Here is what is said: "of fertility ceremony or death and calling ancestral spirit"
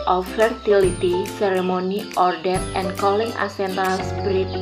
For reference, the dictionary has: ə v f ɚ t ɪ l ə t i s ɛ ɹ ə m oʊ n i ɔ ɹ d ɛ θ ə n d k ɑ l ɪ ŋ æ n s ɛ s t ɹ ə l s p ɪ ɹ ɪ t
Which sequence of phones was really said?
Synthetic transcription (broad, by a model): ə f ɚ t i l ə t i s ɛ ɹ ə m oʊ n i ɔ ɹ d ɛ t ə n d k ɑ l ɪ ŋ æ s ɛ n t ə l s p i ɹ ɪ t